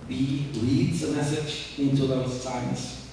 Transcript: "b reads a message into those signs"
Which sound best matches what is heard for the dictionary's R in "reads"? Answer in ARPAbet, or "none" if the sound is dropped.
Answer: L